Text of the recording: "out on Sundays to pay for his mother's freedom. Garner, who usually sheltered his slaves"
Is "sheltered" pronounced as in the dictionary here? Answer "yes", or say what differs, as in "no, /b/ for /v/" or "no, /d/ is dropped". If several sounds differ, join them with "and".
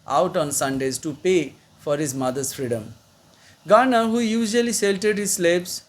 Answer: no, /s/ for /ʃ/